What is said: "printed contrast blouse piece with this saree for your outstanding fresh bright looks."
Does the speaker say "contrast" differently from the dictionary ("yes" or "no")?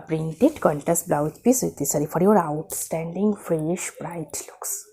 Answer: yes